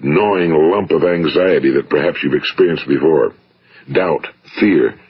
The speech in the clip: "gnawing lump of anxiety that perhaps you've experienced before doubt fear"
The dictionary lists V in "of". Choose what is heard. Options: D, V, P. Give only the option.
V